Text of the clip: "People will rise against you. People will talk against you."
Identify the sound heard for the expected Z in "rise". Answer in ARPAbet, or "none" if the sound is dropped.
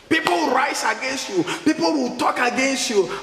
S